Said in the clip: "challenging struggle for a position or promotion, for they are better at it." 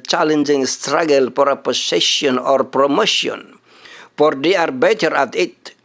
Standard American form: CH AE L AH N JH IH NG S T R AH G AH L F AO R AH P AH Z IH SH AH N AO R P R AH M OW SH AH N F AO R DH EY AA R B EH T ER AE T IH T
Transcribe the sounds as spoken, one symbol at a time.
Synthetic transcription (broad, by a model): CH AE L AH N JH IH NG S T R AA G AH L F AO R AH P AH S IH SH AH N AO R P R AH M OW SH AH N F AO R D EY AA R B EH T ER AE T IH T